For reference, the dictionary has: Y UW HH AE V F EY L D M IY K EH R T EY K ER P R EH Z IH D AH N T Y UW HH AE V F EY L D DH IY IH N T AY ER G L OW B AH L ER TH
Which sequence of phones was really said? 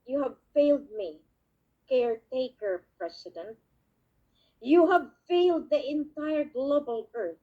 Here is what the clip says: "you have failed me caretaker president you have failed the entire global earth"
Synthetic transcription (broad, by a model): Y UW HH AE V F EY L D M IY K EH R T EY K ER P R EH S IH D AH N T Y UW HH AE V F EY L D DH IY IH N T AY ER G L OW B AH L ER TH